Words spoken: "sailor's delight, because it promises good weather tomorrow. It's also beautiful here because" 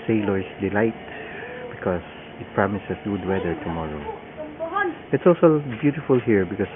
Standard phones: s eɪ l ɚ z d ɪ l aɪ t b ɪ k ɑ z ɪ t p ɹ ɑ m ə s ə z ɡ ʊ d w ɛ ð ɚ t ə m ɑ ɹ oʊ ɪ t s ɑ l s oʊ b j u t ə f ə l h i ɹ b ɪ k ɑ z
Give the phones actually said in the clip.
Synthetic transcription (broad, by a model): s eɪ l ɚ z d ɪ l aɪ t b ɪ k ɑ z ɪ t p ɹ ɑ m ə s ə s ɡ ʊ d w ɛ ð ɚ t ə m ɑ ɹ oʊ ɪ t s ɑ l s oʊ b j u t ə f ə l h i ɹ b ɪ k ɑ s